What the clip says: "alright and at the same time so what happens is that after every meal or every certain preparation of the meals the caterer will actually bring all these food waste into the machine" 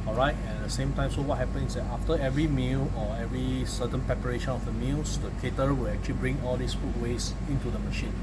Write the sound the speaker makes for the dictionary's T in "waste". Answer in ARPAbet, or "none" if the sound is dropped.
none